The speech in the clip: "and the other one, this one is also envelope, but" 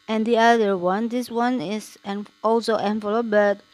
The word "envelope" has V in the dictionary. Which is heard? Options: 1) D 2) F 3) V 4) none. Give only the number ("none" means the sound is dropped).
2